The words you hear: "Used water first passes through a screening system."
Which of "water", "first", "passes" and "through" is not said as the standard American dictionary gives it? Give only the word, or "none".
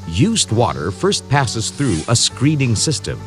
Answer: none